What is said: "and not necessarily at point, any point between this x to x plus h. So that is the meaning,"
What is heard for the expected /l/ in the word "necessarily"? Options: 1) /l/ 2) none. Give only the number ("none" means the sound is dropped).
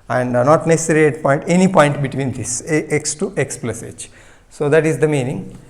2